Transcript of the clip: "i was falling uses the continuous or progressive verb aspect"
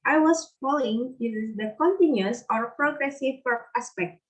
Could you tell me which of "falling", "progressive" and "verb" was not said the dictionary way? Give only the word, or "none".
verb